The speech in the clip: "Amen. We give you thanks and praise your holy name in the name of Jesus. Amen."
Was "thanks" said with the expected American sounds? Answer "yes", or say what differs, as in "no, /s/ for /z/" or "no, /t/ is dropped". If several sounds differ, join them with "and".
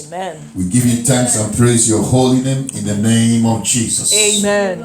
no, /t/ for /θ/